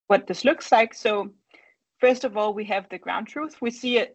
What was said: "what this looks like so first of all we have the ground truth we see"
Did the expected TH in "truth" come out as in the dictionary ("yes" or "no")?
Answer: yes